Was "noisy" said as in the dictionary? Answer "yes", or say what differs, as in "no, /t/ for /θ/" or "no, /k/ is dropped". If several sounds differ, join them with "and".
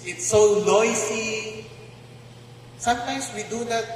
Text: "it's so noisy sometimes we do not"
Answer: no, /s/ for /z/